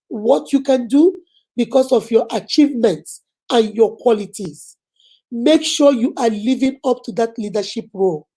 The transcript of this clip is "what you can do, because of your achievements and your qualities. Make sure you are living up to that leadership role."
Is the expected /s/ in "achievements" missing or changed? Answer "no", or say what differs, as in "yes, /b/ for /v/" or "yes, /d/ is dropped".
no